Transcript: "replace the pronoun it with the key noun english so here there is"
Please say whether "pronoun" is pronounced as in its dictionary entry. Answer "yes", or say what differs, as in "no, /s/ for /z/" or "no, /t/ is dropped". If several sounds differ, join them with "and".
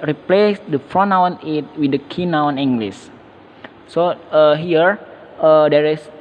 no, /f/ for /p/